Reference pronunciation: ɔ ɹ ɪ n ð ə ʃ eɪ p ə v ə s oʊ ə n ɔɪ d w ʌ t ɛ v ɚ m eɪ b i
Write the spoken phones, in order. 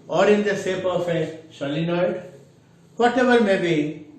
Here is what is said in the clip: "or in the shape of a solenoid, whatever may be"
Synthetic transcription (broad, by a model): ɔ ɹ ɪ n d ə s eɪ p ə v ə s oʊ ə n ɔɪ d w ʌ t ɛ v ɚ m eɪ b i